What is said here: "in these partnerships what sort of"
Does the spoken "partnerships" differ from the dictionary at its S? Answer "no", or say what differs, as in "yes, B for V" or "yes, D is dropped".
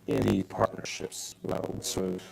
no